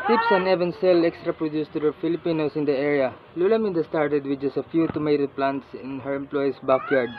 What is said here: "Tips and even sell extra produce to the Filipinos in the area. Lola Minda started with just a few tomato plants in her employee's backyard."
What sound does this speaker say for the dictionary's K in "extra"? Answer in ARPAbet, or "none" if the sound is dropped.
K